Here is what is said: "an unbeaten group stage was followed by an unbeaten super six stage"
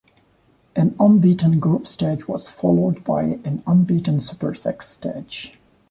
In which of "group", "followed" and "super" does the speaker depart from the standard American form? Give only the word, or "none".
group